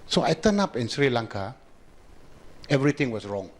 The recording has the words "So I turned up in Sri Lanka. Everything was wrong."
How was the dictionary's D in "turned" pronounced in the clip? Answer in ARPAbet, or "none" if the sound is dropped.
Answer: none